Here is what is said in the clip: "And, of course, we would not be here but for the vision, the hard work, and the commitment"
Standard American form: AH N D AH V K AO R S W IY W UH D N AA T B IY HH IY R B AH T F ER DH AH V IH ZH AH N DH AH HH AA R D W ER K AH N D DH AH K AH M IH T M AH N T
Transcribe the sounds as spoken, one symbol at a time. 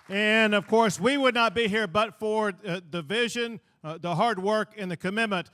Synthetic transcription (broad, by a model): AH N AH V K AO R S W IY W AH D N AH T B IY HH IY R B AH T F ER DH AH V IH ZH AH N DH AH HH AA R D W ER K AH N DH AH K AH M IH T M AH N T